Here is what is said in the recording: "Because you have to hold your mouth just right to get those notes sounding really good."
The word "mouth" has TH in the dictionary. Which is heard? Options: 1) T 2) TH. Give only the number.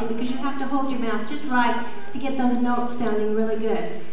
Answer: 2